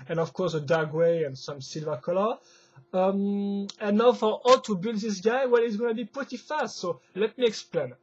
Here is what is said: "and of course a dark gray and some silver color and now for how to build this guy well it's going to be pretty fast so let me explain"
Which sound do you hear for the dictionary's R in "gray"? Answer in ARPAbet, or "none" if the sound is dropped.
W